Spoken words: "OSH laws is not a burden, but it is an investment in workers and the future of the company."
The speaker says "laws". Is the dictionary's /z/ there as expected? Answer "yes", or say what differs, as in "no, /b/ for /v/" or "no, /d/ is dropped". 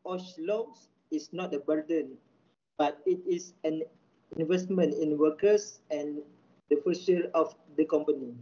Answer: no, /s/ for /z/